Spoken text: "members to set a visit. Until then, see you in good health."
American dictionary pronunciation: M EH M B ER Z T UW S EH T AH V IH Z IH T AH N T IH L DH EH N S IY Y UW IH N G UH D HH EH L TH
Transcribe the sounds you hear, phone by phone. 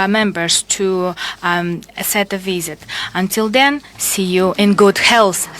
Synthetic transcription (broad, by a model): M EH M B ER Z T UW S EH T AH V IH Z IH T AH N T IH L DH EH N S IY Y UW IH N G UH D HH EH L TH